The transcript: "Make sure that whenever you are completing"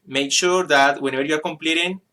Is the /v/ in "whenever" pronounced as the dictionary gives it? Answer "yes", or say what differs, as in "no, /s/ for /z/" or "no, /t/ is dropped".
no, /b/ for /v/